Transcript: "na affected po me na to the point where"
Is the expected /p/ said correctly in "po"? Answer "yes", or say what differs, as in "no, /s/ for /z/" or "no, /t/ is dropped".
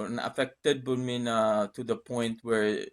no, /b/ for /p/